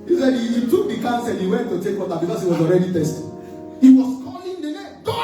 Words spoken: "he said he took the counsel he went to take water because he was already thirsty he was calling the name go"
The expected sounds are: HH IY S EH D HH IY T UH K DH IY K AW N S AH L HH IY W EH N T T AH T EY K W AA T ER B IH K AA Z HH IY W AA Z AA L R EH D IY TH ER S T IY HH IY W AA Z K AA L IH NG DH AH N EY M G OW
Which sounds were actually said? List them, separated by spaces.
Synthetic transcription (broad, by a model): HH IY S EH D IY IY T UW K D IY K AW N S AH L HH IY W EH N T T AH T EY K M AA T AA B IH K AA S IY W AA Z AA L R EH D IY T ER S T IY HH IY W AA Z K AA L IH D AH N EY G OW